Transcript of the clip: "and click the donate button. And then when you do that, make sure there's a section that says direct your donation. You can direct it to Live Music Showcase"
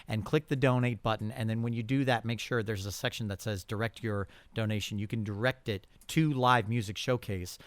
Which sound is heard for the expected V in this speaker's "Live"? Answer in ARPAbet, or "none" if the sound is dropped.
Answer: V